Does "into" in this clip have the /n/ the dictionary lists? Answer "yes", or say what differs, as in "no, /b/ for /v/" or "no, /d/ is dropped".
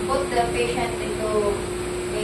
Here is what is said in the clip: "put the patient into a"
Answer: no, /n/ is dropped